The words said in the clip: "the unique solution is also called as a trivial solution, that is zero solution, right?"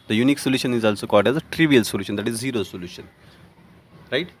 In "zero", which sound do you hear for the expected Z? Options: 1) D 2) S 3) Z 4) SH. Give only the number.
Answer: 3